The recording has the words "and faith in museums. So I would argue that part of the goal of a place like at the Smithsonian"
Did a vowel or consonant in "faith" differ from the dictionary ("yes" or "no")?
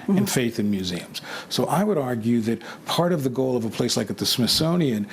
no